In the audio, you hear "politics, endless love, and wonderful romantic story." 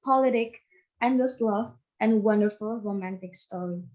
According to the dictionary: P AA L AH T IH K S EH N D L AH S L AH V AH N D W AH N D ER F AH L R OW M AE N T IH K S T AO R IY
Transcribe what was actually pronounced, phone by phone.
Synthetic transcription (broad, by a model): P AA L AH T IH K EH N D AH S L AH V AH N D W AH N D ER F AH L R OW M AE N T IH K S T AO R IY